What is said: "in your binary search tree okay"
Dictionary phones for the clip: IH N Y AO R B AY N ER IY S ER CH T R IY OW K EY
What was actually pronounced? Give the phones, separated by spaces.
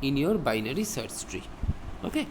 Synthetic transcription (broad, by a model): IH N Y AO R B AY N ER IY S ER S T R IY OW K EY